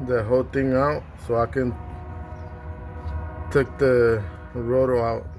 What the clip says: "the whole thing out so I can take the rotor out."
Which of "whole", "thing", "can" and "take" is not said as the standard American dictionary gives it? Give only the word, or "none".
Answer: thing